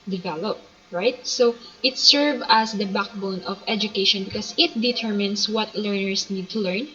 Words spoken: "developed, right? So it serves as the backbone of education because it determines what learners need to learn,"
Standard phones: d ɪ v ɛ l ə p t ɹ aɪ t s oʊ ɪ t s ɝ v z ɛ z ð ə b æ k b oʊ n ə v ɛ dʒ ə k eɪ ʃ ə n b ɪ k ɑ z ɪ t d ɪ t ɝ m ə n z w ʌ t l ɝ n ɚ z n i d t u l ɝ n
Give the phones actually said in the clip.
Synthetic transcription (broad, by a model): d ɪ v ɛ l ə p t ɹ aɪ t s oʊ ɪ t s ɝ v ɑ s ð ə b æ k b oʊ n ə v ɛ dʒ ə k eɪ ʃ ə n b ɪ k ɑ s ɪ t d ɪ t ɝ m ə n s w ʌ t l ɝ n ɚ s n i d t u l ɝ n